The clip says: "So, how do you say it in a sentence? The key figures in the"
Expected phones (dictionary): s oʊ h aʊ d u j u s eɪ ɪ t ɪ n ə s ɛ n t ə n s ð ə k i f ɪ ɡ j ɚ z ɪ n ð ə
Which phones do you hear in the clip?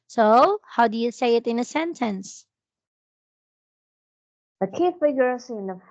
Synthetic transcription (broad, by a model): s oʊ h aʊ d u j u s eɪ ɪ t ɪ n ə s ɛ n t ə n s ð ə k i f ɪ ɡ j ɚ s ɪ n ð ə